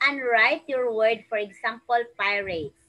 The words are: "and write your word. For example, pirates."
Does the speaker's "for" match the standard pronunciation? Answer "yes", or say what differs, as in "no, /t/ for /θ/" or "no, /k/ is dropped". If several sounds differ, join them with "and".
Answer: yes